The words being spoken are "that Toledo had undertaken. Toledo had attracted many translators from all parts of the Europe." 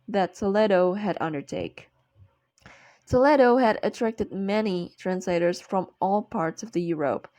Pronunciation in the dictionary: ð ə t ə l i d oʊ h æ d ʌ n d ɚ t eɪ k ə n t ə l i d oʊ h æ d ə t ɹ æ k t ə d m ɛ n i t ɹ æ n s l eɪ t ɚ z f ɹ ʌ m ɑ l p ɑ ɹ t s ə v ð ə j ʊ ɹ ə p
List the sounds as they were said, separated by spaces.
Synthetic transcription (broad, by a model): ð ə t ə l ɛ d oʊ h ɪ d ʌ n d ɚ t eɪ ə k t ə l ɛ d oʊ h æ d ə t ɹ æ k t ə d m ɛ n i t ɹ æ n s l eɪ t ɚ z f ɹ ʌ m ɑ l p ɑ ɹ t s ə v ð ə j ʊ ɹ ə p